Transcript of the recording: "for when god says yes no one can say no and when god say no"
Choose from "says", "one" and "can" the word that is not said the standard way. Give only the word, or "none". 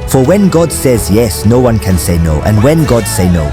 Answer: none